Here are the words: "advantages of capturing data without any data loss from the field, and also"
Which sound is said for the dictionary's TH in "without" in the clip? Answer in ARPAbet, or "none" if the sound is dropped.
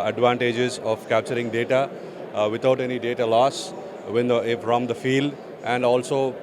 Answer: T